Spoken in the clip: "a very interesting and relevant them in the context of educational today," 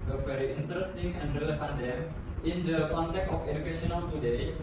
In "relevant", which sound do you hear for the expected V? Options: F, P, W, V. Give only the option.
F